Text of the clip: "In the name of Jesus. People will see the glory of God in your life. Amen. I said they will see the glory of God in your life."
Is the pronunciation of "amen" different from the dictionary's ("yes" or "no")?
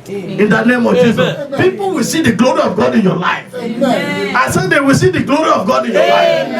yes